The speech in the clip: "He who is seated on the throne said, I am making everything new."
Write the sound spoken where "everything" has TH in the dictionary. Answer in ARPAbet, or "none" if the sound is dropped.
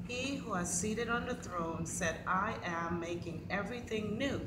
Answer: TH